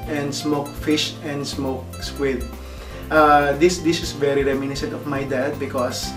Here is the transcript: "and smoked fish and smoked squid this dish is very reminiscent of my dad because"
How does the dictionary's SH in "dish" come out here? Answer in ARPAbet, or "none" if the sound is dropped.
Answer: S